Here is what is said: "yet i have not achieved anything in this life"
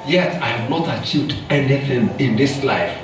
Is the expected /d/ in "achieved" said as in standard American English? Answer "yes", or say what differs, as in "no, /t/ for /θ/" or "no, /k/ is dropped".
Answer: yes